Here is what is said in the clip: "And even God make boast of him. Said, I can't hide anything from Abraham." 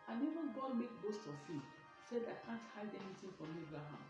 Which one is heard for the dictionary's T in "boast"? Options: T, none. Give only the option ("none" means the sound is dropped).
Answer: T